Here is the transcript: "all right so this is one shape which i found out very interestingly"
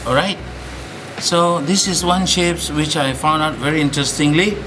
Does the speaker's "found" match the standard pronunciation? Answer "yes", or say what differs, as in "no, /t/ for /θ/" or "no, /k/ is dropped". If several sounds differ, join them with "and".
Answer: yes